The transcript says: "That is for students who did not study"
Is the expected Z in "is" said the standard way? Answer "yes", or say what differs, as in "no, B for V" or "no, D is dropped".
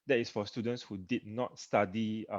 no, S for Z